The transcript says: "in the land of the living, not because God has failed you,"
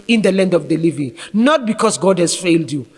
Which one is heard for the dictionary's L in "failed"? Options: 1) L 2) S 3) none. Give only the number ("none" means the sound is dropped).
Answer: 1